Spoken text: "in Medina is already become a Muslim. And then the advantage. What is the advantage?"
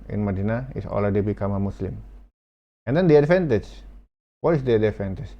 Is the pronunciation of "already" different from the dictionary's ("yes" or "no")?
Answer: yes